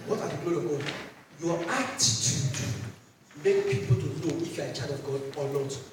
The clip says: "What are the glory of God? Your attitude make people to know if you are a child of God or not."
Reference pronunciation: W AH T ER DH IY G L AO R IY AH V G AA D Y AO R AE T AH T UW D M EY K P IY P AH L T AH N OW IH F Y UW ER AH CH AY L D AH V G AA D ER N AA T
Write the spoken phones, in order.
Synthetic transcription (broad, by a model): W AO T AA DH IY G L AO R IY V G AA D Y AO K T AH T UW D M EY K P IY P AH L T AH N OW IH F Y UW AH CH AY D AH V G AA D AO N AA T